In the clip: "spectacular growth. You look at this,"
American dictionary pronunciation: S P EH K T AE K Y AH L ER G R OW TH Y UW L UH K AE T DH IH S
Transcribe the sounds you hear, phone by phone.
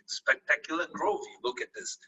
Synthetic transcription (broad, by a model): S P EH K T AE K Y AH L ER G R OW F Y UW L UH K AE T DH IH S